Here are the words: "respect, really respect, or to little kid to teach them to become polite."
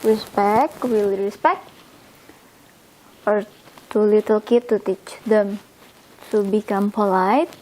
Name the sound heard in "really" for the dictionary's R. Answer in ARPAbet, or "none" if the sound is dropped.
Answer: W